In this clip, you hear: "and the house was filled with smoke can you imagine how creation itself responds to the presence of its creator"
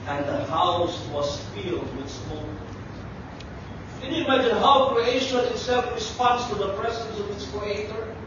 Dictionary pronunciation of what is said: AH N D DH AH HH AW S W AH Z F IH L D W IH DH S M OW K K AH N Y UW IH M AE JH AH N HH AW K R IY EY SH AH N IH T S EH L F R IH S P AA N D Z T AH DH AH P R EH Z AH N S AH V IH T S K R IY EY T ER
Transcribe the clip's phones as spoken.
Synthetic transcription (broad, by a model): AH N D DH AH HH AW S W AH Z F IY L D W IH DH S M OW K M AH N Y UW IH M AE JH AH N HH AW K R IY EY SH AH N IH T S EH L F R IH S P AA N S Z T AH DH AH P R EH Z AH N S AH V IH T S K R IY EY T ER